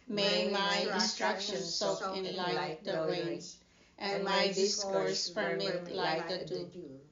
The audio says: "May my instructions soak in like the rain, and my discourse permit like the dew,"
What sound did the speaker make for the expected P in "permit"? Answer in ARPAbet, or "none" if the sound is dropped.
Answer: F